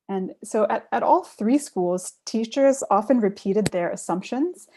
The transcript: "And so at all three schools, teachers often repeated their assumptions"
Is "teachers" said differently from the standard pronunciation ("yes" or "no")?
no